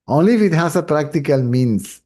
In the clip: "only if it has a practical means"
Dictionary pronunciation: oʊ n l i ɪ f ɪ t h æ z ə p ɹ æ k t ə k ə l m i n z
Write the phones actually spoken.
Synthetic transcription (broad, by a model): oʊ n l i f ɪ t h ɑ s ə p ɹ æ k t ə k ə l m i n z